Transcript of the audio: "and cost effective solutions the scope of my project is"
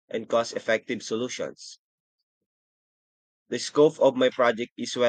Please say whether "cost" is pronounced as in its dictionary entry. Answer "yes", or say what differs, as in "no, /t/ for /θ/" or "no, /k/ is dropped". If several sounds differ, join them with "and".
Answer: no, /t/ is dropped